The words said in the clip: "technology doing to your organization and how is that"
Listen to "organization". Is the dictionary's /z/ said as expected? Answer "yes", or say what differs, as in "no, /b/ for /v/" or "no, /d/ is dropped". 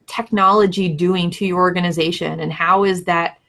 yes